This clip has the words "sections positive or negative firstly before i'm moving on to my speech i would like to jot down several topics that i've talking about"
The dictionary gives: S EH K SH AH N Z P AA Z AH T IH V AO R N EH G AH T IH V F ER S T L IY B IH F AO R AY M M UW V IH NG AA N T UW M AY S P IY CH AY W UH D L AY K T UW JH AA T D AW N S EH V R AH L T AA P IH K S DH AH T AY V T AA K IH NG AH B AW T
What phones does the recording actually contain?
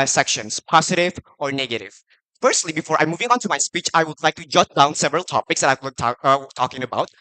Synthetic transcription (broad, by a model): S EH K SH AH N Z P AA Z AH T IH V AO R N EH G AH T IH V F ER S T L IY B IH F AO R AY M M UW V IH NG AA N T UW M AY S P IY CH AY W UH D L AY K T UW JH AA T D AW N S EH V R AH L T AA P IH K S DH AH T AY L T AA K IH NG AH B AW T